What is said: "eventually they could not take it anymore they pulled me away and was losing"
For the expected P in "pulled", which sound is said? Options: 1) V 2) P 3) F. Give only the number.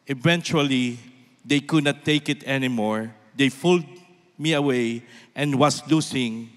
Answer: 3